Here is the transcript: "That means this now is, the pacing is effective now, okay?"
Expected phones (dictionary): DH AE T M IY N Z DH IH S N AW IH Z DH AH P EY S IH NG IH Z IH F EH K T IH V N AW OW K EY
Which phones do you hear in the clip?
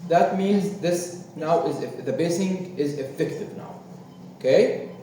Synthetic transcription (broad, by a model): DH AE T M IY N Z DH IH S N AW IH Z DH AH B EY S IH NG IH Z IH F EH K T IH V N AW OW K EY